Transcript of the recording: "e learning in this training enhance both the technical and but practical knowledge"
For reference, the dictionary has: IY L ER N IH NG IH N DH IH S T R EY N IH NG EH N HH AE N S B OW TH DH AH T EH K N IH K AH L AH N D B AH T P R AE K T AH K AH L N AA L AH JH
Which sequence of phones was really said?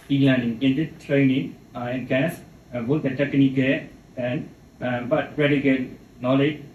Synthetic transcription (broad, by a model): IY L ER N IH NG IH N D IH T R EY N IH NG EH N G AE S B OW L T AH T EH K N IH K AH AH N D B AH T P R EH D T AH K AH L N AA L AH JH